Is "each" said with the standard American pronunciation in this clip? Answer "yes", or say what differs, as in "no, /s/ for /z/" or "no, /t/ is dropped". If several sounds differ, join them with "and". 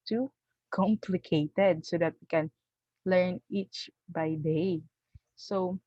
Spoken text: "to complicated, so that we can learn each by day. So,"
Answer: yes